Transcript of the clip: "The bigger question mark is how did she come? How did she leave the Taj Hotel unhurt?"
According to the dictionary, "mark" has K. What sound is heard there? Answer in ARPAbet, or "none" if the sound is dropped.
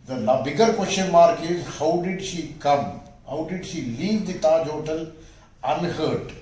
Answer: K